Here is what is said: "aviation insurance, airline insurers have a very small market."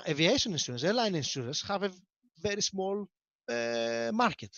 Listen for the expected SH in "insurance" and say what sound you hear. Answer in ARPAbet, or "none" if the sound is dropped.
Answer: S